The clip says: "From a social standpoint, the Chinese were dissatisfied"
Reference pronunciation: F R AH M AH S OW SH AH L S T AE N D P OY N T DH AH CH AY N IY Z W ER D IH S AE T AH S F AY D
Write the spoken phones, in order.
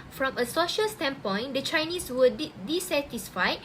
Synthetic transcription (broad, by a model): F R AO M AH S OW SH AH L S T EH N P OY N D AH CH AY N IY S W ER D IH S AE T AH S F AY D